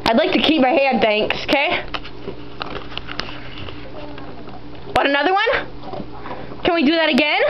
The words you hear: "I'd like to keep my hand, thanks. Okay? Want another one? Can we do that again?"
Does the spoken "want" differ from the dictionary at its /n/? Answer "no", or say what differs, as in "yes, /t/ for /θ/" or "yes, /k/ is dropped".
yes, /n/ is dropped